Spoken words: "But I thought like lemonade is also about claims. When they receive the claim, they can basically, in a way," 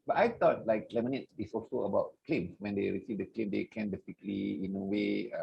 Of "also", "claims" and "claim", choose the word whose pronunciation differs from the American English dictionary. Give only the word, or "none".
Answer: claims